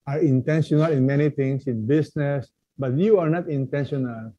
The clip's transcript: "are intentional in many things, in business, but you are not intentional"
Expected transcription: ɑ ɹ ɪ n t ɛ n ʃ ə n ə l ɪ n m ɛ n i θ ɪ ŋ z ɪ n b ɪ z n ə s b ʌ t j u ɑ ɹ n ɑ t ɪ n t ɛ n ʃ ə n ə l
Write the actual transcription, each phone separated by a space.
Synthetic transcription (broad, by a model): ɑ ɹ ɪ n t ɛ n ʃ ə n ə l ɪ n m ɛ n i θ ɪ ŋ s ɪ n b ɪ s n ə s b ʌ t j u ɑ ɹ n ɑ t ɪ n t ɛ n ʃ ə n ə l